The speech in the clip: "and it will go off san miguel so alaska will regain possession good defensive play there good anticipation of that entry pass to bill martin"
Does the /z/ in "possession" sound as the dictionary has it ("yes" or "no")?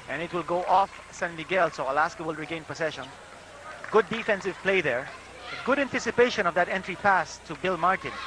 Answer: no